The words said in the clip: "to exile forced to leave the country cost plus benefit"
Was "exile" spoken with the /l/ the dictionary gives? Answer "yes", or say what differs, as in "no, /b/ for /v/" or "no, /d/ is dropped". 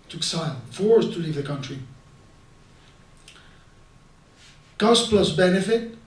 no, /n/ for /l/